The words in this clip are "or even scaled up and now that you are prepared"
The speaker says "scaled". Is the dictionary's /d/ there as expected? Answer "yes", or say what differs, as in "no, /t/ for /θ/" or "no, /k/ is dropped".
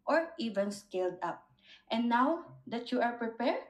yes